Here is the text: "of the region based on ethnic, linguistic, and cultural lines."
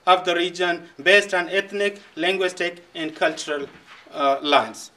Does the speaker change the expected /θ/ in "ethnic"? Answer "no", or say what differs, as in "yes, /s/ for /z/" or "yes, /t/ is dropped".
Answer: yes, /t/ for /θ/